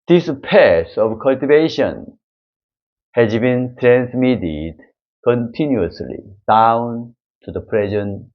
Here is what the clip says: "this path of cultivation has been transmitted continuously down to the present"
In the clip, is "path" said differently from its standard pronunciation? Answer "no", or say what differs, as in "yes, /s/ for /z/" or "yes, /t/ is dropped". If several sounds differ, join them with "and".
yes, /s/ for /θ/